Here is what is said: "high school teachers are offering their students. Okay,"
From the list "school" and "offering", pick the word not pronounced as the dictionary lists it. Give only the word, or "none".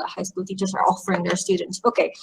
none